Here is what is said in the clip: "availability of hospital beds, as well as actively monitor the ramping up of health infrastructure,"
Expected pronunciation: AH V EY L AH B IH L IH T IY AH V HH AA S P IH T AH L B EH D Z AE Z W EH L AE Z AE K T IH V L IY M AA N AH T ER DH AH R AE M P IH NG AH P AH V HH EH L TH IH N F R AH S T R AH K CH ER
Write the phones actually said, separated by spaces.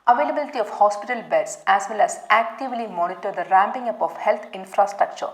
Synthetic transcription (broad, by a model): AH V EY L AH B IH L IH T IY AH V HH AA S P IH T AH L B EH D S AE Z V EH L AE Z AE K T IH V L IY M AA N AH T ER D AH R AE M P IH NG AH P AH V HH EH L T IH N F R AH S T R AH K CH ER